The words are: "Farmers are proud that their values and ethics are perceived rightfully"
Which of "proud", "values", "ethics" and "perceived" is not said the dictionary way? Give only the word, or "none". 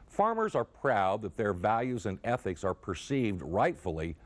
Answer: none